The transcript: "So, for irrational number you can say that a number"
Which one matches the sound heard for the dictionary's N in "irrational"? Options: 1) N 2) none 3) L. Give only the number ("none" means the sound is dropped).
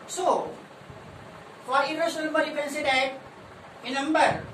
2